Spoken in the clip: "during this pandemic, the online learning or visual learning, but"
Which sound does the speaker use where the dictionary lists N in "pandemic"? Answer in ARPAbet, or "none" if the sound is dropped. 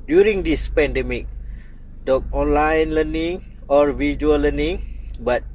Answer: N